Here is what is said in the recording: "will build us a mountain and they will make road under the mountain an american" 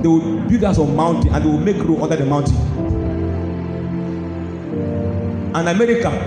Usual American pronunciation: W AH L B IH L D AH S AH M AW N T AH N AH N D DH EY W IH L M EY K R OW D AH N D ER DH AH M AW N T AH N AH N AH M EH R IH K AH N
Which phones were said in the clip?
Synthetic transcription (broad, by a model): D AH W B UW D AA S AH M AW N T AH N AH N D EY W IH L M EY K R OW AO N D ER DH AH M AW N T AH N AH N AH M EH R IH K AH